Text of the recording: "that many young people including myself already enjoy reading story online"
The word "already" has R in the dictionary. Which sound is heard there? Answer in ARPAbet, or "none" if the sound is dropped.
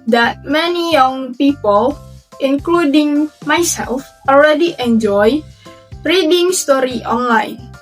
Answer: L